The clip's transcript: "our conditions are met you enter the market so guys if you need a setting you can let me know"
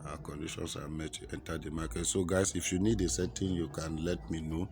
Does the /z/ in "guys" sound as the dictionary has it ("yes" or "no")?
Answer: no